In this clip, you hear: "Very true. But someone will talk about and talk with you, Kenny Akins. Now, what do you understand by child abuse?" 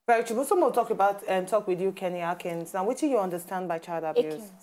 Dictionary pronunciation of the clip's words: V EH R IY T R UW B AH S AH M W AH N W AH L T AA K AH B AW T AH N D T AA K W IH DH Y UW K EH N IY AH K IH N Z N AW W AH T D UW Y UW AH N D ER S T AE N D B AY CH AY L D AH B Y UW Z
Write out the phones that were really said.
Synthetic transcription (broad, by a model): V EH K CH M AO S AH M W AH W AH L T AA K AH B AW T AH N T AA K W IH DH Y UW K EH N IY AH K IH N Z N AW W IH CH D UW Y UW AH N D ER S T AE N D B AY CH AY L D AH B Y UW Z